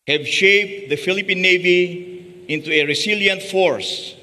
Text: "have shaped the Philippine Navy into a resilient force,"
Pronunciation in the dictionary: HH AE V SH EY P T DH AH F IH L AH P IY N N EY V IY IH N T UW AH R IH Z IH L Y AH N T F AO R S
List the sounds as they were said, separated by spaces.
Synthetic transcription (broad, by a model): HH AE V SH EY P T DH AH F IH L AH P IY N N EY V IY IH N T UW AH R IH S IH L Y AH N T F AO R S